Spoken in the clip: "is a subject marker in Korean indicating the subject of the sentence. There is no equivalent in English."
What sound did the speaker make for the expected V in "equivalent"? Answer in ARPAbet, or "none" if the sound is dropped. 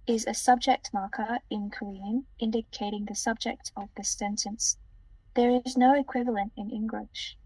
V